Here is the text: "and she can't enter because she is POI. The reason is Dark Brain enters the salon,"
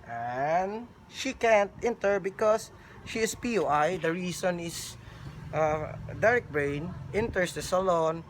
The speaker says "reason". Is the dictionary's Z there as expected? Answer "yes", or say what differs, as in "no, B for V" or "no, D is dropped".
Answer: no, S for Z